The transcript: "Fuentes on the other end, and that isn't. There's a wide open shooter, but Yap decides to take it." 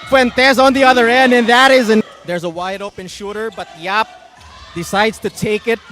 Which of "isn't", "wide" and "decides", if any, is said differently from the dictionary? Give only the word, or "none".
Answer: none